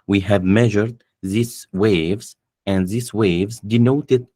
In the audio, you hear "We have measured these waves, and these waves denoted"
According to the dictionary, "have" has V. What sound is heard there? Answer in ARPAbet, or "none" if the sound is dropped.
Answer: V